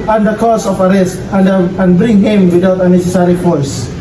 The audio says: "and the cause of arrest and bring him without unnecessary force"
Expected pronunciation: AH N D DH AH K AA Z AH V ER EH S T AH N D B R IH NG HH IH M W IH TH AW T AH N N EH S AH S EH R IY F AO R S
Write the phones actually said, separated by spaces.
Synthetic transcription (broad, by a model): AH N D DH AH K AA S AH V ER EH S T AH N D B R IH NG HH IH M W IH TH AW T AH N N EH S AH S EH R IY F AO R S